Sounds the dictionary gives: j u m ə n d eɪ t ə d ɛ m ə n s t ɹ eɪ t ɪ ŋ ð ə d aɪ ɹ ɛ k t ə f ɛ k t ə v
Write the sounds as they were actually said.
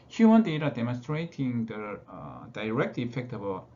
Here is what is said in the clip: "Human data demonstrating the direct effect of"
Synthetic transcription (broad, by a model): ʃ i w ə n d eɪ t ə d ɛ m ə n s t ɹ eɪ t ɪ ŋ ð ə d aɪ ɹ ɛ k t ə f ɛ k t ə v